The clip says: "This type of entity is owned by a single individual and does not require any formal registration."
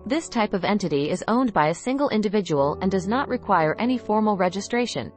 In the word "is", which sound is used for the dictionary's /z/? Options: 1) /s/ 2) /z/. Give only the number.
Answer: 2